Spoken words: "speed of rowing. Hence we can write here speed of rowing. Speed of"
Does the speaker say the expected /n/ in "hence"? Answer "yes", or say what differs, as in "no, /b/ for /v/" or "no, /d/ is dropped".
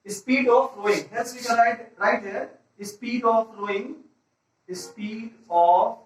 no, /l/ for /n/